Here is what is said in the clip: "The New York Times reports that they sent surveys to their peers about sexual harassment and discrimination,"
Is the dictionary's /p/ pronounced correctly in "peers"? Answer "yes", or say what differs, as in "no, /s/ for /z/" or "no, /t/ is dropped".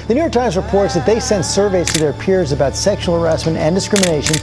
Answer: yes